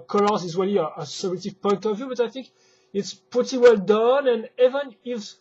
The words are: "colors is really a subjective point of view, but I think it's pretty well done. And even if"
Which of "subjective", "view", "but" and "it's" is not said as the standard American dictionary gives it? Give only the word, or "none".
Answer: subjective